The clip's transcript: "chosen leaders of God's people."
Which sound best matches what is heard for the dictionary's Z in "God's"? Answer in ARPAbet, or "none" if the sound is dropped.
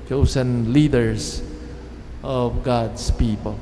S